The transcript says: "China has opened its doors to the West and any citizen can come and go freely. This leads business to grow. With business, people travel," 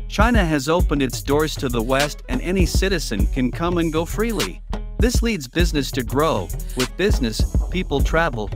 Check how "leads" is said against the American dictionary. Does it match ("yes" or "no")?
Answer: yes